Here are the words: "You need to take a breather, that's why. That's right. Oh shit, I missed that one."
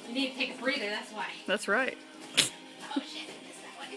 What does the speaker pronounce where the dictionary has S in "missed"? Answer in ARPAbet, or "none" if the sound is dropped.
none